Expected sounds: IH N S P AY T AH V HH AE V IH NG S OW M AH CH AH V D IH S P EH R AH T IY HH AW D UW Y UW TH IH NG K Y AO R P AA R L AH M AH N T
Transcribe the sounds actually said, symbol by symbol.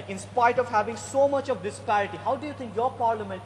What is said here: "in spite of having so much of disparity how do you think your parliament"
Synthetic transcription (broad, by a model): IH N S P AY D AH V HH AE V IH NG S OW M AH CH AH V D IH S P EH R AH T IY HH AW D UW Y UW T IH NG K Y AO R P AA R L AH M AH N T